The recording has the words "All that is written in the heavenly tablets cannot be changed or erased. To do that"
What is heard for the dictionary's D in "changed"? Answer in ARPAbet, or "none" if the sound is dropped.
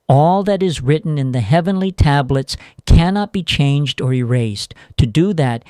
D